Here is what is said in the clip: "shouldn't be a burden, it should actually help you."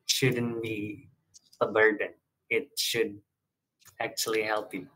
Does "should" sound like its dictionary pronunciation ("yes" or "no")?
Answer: yes